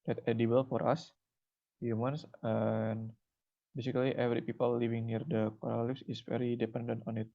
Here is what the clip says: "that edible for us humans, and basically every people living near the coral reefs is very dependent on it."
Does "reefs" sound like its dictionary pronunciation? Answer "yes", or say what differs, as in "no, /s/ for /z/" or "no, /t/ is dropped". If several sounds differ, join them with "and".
no, /l/ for /ɹ/